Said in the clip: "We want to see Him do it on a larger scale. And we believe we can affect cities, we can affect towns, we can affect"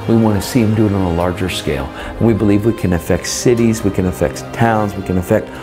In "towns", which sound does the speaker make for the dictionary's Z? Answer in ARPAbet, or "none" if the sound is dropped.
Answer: Z